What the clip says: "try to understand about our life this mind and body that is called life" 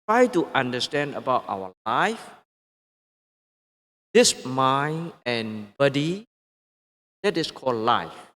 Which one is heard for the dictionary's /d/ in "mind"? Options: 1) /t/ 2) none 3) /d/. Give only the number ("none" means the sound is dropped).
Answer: 2